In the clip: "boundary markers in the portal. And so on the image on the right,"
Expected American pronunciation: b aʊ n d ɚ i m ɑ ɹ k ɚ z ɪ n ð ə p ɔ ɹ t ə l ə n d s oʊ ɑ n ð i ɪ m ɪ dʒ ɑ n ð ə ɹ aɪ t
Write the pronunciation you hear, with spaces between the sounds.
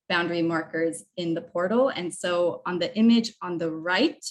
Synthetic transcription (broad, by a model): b aʊ n d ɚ i m ɑ ɹ k ɚ z ɪ n ð ə p ɔ ɹ t l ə n s oʊ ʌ n ð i ɪ m ɪ dʒ n ð ə ɹ aɪ t